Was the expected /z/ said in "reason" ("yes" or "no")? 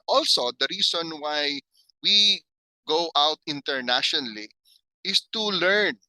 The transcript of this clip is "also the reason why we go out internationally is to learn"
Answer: no